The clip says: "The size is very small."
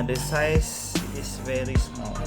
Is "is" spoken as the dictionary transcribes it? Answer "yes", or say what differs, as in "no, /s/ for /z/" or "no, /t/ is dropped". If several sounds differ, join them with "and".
no, /s/ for /z/